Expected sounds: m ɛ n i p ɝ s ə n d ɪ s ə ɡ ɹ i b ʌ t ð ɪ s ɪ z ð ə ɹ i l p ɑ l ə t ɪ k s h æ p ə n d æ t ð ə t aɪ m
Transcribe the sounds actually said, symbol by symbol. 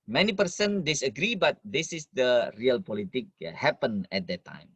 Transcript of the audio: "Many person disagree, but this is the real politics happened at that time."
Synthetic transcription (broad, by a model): m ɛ n i p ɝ s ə n d ɪ s ə ɡ ɹ i b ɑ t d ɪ s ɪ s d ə ɹ i l p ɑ l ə t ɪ k h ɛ p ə n ɛ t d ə t aɪ m